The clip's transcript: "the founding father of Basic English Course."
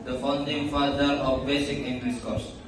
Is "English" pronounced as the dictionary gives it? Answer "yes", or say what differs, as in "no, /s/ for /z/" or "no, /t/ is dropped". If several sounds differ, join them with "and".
no, /s/ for /ʃ/